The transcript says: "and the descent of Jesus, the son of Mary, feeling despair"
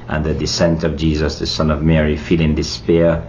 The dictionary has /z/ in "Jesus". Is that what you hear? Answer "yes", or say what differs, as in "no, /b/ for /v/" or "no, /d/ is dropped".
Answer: yes